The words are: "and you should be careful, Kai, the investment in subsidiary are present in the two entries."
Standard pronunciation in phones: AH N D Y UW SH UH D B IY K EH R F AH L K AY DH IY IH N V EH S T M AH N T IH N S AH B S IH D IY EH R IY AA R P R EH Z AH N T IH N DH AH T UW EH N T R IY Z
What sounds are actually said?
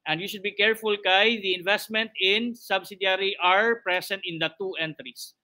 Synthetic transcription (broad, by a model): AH N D Y UW SH UH D B IY K EH R F AH L K AY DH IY IH N V EH S T M AH N T IH N S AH B S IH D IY R IY AA R P R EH S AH N T IH N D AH T UW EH N T R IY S